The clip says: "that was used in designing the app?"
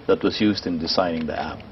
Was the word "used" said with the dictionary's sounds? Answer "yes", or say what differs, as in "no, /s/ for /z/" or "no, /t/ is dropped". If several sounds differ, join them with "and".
yes